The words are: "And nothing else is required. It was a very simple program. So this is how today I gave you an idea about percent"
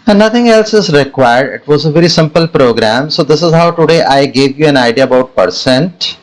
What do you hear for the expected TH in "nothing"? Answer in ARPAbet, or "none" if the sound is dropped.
T